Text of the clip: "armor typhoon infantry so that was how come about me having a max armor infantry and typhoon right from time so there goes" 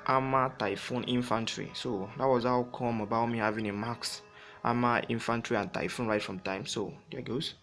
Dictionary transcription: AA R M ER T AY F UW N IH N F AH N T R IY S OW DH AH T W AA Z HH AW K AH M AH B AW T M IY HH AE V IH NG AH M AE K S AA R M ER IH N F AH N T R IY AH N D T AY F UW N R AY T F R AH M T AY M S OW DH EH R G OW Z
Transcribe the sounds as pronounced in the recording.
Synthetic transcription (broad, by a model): AA M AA T AY F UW N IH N F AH N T R IY S OW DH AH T W AA Z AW K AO M AH B AW T M IY HH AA V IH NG AH M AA K S AA M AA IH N F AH N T R IY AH N T AY F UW N R AY T F R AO M T AY M S OW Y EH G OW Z